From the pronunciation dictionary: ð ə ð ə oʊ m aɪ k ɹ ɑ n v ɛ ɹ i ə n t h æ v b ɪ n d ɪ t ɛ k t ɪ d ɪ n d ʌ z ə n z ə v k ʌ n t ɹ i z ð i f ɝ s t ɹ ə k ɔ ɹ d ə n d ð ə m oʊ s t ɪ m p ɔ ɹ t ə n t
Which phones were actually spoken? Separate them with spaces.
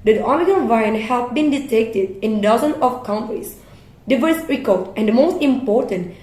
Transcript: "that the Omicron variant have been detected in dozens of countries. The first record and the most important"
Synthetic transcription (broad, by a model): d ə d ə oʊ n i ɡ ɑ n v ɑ i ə n h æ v b ɪ n d ɪ t ɛ k t ɪ d ɪ n d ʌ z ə n ə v k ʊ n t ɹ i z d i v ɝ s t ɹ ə k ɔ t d ə n d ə m oʊ s t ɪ m p ɔ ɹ t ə n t